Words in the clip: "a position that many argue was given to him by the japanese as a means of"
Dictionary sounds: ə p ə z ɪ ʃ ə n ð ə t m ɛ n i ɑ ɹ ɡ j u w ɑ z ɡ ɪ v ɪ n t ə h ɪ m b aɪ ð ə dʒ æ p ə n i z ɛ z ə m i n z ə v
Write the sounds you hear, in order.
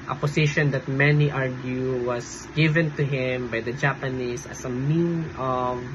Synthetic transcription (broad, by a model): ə p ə s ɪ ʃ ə n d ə t m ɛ n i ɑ ɹ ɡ j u w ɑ s ɡ ɪ v ɪ n t ə h ɪ m b aɪ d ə dʒ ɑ p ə n i s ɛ s ə m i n ə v